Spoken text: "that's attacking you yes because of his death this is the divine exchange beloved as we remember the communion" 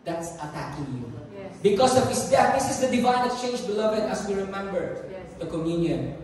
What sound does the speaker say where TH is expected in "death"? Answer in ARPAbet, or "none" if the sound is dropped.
T